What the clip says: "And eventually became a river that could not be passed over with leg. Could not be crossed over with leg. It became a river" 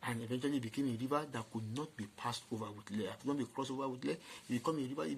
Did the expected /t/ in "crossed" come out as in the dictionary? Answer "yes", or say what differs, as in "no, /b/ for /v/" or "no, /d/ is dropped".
no, /t/ is dropped